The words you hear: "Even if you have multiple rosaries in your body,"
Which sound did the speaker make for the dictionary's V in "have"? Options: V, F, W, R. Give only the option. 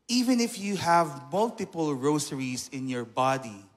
V